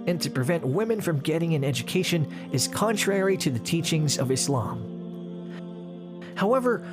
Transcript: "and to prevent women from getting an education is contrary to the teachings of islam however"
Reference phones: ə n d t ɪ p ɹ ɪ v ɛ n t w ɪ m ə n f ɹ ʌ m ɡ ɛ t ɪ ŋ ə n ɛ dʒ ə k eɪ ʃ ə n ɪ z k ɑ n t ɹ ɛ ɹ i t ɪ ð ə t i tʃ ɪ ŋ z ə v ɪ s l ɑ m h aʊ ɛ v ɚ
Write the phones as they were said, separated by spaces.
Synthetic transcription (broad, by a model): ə n t ɪ p ɹ ɪ v ɛ n t w ɪ m ə n f ɹ ʌ m ɡ ɛ t ɪ ŋ ə n ɛ dʒ ə k eɪ ʃ ə n ɪ z k ɑ n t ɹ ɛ ɹ i t ɪ ð ə t i tʃ ɪ ŋ z ə v ɪ s l ɑ m h aʊ ɛ v ɚ